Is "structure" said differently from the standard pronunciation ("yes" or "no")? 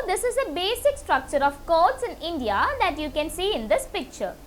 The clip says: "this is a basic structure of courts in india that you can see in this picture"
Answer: no